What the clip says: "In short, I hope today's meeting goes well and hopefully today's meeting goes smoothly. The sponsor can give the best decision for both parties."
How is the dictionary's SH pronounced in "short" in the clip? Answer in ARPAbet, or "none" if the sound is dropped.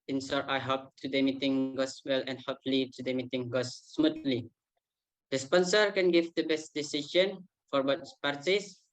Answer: S